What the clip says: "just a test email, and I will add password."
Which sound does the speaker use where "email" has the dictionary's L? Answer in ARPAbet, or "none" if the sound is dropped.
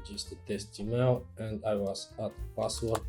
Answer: W